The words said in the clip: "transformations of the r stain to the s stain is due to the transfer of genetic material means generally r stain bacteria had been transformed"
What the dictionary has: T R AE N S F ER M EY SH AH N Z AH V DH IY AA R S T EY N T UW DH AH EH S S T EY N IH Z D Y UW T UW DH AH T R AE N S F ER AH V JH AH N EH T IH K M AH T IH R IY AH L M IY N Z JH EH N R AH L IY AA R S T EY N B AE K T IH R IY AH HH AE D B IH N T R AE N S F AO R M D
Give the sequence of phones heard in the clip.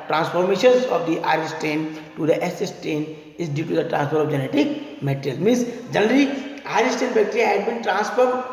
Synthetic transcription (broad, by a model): T R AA N S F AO M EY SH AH N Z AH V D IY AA R S T EY N T UW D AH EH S S T EY N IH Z D Y UW T UW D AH T R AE N S P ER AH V JH AH N EH T IH K M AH T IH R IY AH L M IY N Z JH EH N R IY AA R S T EY N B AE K T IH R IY HH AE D B IH N T R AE N S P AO R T